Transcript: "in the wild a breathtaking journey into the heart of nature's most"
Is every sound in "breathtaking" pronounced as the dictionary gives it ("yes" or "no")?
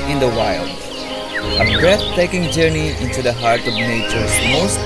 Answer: no